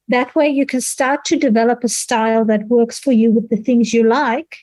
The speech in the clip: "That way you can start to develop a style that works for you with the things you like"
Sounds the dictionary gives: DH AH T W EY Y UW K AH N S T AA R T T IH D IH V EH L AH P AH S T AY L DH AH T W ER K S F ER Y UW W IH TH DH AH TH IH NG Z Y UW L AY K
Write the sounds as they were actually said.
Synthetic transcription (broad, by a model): DH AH T W EY Y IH K AH N S T AA R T T IH D IH V EH L AH P AH S T AY L DH AH T W ER K S F ER Y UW W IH DH AH TH IH NG Z Y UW L AY K